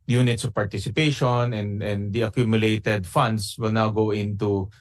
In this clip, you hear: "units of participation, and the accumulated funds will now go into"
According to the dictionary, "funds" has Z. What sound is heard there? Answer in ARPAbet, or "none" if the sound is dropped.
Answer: S